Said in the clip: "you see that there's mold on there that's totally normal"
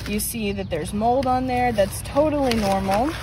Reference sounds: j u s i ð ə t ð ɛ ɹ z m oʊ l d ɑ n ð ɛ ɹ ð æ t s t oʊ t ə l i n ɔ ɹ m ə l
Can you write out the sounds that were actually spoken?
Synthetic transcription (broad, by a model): j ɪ s i ð ə t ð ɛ ɹ z m oʊ l d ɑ n ð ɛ ɹ ð æ t s t oʊ t l i n ɔ ɹ m l